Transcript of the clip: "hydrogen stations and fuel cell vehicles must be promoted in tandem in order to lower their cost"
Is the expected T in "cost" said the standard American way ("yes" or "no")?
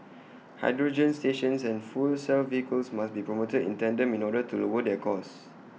no